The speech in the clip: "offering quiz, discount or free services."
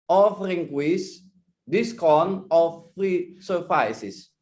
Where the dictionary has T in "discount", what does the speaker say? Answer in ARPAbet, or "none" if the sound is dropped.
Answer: none